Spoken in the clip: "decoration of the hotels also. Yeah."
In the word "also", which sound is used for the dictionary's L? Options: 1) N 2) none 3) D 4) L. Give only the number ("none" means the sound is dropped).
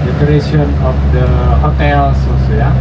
2